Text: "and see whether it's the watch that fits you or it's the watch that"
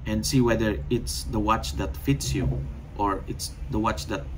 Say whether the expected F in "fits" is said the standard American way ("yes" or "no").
yes